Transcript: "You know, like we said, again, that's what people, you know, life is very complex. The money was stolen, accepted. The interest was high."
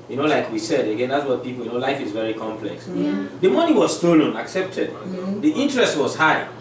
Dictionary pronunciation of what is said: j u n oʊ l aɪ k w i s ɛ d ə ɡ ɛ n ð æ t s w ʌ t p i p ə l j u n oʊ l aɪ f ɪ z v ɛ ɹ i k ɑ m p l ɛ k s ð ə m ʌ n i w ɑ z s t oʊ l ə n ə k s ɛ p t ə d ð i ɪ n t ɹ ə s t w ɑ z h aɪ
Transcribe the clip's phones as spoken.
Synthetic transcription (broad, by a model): j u n oʊ l aɪ k w i s ɛ d ə ɡ ɛ n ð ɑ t s w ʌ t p i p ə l j u n oʊ l aɪ f ɪ z v ɛ ɹ i k ɑ m p l ɛ k s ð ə m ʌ n i w ɑ z s t oʊ l ə n ə k s ɛ p t ə d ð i ɪ n t ɹ ə s t w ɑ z h aɪ